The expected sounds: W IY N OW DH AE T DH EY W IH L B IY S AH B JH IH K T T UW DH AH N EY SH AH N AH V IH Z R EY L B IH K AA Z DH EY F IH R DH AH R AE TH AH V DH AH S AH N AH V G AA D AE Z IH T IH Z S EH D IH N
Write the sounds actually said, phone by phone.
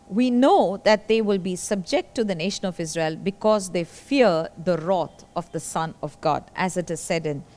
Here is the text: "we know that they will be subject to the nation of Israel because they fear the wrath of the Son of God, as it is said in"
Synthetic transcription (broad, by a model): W IY N OW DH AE T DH EY W IH L B IY S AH B JH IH K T T UW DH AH N EY SH AH N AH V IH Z R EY L B IH K AA Z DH EY F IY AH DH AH R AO T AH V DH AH S AH N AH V G AA D AE Z IH T IH Z S EH D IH N